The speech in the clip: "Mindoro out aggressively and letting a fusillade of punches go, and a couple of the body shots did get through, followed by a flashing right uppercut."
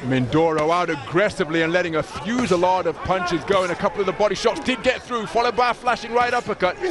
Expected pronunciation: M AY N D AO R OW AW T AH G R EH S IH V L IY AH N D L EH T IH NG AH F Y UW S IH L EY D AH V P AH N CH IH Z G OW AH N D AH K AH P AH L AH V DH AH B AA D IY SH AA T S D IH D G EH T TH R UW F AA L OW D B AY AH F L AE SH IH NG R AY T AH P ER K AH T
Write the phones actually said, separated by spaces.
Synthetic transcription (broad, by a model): M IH N D AO R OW AW T AH G R EH S IH V L IY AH N L EH T IH NG AH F Y UW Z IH L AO D AH V P AH N CH IH Z G OW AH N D AH K AH P L AH V DH AH B AA D IY SH AA T S D IH D G EH T TH R UW F AA L OW D B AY AH F L AE SH IH NG R AY T AH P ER K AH T